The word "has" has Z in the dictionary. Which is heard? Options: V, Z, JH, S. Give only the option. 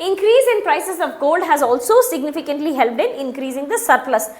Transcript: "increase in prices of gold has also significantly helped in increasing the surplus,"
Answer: Z